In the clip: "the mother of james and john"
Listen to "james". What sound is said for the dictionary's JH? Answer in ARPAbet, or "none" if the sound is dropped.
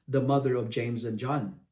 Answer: JH